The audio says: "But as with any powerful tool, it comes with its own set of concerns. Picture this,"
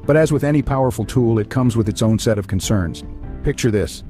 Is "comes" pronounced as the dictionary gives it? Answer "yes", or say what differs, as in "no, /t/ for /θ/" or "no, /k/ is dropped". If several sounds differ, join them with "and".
yes